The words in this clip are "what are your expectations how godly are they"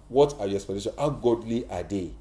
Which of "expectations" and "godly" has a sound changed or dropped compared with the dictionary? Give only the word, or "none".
expectations